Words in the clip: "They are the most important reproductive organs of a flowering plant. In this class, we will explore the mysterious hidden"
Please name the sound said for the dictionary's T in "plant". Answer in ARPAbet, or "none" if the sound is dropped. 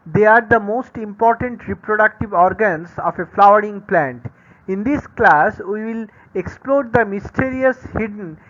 T